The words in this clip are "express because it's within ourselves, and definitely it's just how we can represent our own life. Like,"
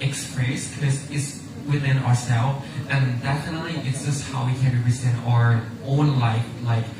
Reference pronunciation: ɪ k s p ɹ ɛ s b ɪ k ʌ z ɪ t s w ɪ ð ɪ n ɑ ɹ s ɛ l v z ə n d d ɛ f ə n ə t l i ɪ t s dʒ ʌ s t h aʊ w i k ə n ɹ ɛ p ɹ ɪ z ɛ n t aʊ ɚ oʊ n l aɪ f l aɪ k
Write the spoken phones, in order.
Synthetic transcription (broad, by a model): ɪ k s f ɹ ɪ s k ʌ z ɪ t s w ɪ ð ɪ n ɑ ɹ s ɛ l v ə n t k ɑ ə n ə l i ɪ t s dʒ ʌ s t h aʊ w i k ə n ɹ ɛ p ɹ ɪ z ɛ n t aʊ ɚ oʊ n l aɪ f l aɪ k